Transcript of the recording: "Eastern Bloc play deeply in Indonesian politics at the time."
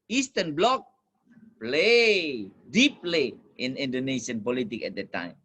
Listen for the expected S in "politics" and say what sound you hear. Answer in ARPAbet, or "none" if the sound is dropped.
none